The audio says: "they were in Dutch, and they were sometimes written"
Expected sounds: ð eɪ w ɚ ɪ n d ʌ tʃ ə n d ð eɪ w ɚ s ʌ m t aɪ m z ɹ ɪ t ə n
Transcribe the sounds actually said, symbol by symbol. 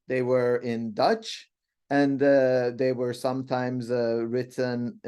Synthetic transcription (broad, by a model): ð eɪ w ɚ ɪ n d ʌ tʃ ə n ð eɪ w ɚ s ʌ m t aɪ m z ɹ ɪ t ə n